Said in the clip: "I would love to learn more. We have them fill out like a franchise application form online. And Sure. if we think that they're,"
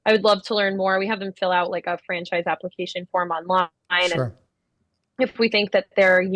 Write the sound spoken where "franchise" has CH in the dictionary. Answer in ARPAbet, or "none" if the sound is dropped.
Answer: CH